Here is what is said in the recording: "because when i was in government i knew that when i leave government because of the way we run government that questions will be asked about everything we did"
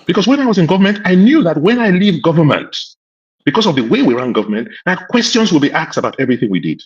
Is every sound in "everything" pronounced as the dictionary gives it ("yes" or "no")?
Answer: yes